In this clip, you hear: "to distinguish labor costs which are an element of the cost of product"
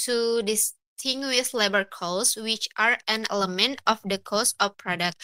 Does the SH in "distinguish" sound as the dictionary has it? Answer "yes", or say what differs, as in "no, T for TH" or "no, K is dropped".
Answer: no, S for SH